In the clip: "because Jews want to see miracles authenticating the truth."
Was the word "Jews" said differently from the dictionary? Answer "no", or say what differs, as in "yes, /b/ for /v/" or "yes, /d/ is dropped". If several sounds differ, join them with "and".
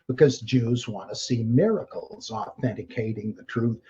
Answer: no